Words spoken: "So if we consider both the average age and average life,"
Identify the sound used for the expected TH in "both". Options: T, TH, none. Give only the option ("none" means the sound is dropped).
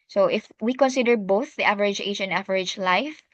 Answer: TH